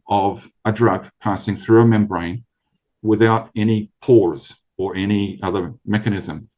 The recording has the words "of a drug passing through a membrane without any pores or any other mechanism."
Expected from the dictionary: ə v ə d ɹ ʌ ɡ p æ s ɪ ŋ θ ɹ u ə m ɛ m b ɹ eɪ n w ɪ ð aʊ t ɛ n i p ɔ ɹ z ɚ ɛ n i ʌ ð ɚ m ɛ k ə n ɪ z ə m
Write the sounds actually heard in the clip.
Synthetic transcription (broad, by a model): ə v ə d ɹ ʌ ɡ p æ s ɪ ŋ θ ɹ u ə m ɛ m b ɹ eɪ n w ɪ ð aʊ t ɛ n i p ɔ ɹ z ɚ ɛ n i ʌ ð ɚ m ɛ k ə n ɪ z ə m